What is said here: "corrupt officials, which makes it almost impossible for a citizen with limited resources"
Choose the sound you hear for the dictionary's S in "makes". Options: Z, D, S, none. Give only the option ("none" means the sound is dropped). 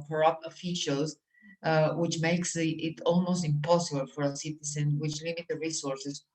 S